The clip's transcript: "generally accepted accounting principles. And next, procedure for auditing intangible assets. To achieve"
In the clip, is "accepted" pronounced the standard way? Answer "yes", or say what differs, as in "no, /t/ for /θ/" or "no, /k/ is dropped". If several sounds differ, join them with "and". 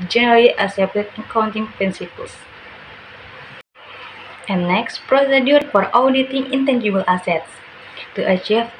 no, /k/ is dropped